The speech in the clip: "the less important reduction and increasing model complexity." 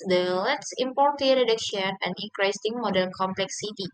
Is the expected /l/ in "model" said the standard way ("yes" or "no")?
no